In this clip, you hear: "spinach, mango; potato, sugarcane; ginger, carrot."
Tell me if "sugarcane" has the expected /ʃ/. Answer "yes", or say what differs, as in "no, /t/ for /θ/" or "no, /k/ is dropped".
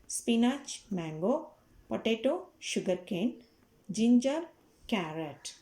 yes